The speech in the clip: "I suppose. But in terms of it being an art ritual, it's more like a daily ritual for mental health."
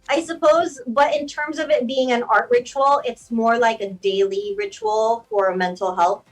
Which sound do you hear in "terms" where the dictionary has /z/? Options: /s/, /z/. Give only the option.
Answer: /z/